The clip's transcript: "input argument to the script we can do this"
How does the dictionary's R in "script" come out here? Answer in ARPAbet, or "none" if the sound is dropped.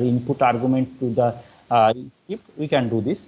none